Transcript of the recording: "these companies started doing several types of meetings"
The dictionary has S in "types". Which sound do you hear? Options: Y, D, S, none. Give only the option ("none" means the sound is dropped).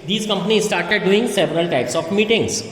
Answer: S